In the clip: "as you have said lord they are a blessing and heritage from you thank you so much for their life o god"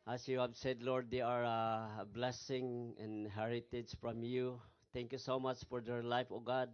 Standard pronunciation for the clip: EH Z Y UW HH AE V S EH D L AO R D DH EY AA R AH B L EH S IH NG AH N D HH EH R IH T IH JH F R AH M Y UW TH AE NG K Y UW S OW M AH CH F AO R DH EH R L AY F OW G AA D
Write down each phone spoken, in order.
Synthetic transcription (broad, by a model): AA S Y UW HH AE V S EH D L AO R D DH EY AA R AH B L EH S IH NG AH N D HH EH R IH T IH JH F R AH M Y UW T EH NG K Y UW S OW M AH CH F AO R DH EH R L AY F OW G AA D